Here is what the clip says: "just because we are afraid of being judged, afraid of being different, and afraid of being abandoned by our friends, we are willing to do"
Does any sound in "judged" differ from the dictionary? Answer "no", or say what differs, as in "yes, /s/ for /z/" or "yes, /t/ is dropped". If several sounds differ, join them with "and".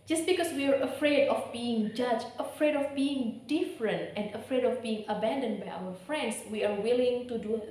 yes, /d/ is dropped